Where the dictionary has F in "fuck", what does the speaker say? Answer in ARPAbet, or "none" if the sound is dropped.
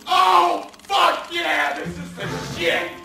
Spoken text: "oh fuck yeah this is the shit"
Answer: F